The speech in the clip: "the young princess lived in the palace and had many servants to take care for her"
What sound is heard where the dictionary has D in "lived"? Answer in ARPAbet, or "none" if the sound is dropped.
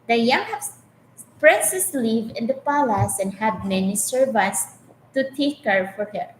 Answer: none